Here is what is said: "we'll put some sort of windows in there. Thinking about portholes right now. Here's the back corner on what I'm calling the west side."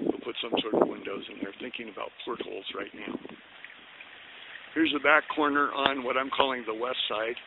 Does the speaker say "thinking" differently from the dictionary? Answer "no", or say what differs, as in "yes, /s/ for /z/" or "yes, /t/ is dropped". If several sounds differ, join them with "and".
no